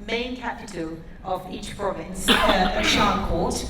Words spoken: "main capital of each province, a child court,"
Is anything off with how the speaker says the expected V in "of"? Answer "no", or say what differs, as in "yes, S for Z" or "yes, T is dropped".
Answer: no